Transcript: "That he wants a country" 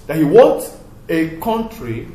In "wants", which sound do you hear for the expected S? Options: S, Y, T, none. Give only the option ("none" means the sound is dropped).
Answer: none